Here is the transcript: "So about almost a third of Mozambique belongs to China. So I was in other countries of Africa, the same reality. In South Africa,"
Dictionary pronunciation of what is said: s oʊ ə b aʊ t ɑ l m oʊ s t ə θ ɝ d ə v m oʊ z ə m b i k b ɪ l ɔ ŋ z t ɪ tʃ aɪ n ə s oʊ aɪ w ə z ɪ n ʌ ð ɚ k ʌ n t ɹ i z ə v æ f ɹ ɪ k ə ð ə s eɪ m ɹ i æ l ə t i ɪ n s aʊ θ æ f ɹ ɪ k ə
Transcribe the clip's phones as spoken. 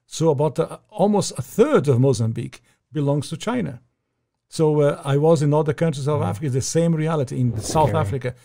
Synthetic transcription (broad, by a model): s oʊ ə b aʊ t ɑ l m oʊ s t ə θ ɝ d ə v m oʊ z ə m b i k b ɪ l ɔ ŋ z t ɪ tʃ aɪ n ə s oʊ aɪ w ə z ɪ n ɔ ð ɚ k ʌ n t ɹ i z ə v æ f ɹ ɪ k ə ð ə s eɪ m ɹ i æ l ə t i ɪ n s aʊ θ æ f ɹ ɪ k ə